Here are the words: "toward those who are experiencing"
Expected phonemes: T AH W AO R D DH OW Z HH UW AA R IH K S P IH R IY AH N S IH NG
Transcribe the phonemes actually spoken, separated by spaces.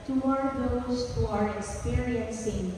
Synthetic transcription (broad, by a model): T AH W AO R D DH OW S HH UW AA R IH K S P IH R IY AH N S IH NG